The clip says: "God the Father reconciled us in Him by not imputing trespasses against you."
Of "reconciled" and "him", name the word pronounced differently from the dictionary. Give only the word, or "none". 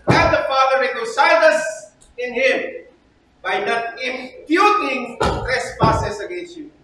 reconciled